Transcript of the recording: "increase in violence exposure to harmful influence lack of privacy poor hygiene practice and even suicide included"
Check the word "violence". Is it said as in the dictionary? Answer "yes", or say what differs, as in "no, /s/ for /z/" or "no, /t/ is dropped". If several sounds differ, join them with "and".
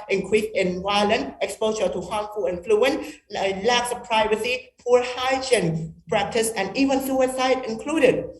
no, /w/ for /v/